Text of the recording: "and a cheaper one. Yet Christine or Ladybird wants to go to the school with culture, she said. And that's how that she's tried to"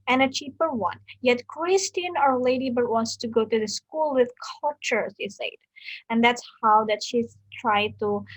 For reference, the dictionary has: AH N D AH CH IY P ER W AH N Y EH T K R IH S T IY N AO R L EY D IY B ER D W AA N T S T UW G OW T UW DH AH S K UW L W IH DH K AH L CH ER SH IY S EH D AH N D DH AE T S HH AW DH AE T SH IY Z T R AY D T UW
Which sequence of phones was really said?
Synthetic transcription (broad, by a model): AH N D AH CH IY P ER W AH N Y EH T K R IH S T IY N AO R L EY D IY B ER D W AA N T S T UW G OW T UW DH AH S K UW L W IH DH K AH L CH ER S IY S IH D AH N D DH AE T S HH AW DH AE T SH IY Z T R AY D T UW